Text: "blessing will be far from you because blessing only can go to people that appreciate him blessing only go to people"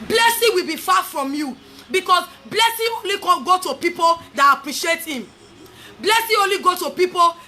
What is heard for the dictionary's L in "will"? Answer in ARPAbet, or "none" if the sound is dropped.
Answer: L